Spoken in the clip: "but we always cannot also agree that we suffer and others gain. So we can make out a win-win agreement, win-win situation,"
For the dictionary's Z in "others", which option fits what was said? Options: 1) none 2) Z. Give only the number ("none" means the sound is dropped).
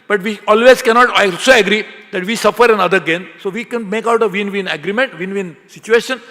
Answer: 1